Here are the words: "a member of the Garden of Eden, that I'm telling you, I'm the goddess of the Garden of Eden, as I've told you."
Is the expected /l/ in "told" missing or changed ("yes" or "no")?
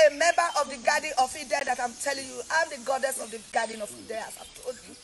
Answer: yes